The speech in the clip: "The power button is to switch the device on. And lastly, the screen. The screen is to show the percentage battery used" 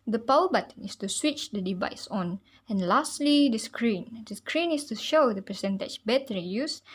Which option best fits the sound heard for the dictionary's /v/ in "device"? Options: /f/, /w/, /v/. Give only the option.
/v/